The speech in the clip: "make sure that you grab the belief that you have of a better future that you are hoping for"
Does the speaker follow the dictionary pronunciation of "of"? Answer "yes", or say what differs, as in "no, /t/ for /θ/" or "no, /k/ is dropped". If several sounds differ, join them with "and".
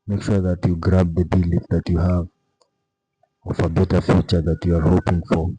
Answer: no, /f/ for /v/